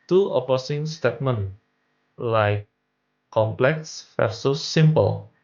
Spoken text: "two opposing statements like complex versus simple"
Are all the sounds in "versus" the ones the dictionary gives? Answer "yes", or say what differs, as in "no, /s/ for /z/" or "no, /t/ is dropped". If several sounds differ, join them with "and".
no, /f/ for /v/